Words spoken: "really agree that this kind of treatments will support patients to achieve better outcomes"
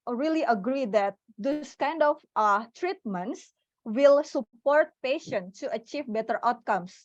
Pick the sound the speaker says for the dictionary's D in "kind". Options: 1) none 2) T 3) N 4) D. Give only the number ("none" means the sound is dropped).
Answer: 4